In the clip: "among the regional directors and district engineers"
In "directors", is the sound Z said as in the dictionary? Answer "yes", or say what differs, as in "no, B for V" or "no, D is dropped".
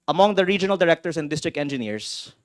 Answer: no, S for Z